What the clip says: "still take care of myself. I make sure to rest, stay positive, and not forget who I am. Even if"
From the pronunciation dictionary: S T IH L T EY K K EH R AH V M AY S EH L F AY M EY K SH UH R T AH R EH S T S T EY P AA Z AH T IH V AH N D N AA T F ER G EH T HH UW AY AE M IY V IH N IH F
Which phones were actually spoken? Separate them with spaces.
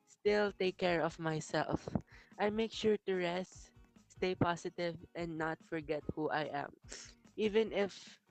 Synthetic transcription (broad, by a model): S T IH L T EY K K EH R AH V M AY S EH L F AY M EY K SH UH R T AH R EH S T S T EY P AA S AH T IH V AH N D N AA T F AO G EH T HH UW AY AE M IY V IH N IH F